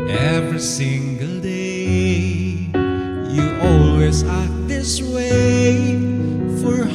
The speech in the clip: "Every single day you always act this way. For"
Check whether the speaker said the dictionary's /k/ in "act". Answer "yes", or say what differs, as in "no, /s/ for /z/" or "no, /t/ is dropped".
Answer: no, /k/ is dropped